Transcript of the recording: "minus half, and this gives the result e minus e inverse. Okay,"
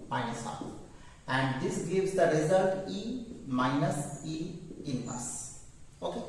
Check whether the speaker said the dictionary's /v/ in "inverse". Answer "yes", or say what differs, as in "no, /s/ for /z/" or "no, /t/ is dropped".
no, /v/ is dropped